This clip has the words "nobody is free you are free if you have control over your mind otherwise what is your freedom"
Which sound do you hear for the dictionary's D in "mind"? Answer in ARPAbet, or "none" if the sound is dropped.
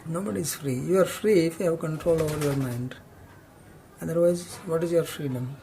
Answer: D